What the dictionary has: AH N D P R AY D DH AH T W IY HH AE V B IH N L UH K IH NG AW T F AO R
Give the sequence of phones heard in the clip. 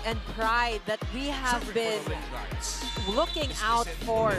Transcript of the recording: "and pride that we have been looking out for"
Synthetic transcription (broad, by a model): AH N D P R AY D DH AH T W IY HH AE V B IH N L UH K IH NG AW T F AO R